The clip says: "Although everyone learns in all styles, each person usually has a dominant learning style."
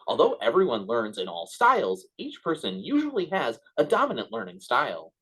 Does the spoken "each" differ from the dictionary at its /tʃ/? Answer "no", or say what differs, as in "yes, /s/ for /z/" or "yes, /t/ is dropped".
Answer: no